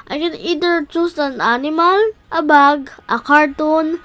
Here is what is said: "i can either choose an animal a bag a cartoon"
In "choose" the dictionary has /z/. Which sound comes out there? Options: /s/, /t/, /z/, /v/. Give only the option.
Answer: /s/